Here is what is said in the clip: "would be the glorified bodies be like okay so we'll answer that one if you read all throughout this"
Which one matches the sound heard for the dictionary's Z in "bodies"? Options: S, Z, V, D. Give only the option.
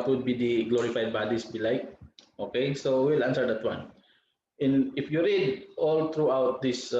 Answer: S